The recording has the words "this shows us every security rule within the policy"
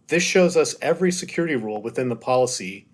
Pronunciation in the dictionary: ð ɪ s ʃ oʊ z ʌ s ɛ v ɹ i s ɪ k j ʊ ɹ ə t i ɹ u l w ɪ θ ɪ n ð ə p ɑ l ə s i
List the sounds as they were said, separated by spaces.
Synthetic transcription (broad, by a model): ð ɪ s ʃ oʊ z ʌ s ɛ v ɹ i s ɪ k j ʊ ɹ ə t i ɹ u l w ɪ θ ɪ n ð ə p ɑ l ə s i